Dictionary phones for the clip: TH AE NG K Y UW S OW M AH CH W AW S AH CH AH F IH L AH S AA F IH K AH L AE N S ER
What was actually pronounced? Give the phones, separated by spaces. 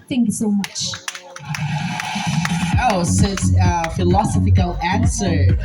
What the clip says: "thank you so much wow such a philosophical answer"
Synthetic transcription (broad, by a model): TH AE NG K Y UW S OW M AH CH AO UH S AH S AH F IH L AH S AA F IH K AH L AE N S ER